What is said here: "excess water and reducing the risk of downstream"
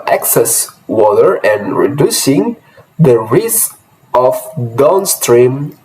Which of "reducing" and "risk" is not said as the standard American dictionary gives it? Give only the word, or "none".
risk